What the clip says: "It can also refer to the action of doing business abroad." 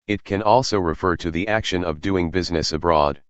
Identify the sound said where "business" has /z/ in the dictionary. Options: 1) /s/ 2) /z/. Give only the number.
2